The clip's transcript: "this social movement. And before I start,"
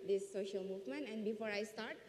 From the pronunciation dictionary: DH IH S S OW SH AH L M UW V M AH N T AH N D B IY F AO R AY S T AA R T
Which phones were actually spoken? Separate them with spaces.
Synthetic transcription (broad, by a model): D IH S S OW SH AH L M UW V M AH N T AH N D B IY F AO R AY S T AA R T